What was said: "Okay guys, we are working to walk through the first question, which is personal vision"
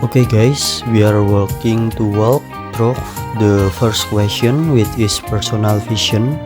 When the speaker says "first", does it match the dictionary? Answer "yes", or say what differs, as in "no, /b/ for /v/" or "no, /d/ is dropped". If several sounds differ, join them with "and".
yes